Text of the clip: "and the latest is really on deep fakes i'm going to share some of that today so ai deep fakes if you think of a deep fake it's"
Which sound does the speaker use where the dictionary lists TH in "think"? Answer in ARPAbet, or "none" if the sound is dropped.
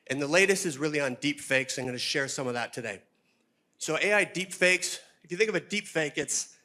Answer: TH